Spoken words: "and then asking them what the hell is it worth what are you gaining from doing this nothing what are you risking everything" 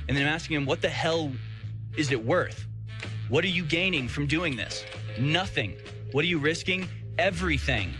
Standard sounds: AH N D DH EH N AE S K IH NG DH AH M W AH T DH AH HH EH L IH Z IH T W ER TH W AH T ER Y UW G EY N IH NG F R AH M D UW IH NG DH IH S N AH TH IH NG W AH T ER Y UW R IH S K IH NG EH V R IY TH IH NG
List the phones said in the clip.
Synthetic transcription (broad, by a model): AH N DH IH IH AE S K IH NG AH M W AH T DH AH HH EH L IH Z IH T W ER TH W AH T ER Y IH G EY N IH NG F R AH M D UW IH NG DH IH S N AH TH IH NG W AH T ER Y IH R IH S K IH NG EH V R IY TH IH NG